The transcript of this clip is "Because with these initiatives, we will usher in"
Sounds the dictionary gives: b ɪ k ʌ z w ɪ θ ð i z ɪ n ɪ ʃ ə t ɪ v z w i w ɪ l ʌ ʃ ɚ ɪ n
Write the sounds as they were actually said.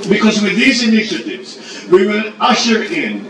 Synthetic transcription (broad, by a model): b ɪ k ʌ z w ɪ ð i z ɪ n ɪ ʃ ə t ɪ v z w i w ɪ n ʌ ʃ ɚ ɪ n